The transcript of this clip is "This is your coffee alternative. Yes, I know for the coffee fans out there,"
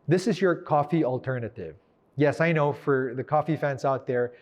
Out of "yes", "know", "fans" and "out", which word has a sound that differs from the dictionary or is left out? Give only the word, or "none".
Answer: fans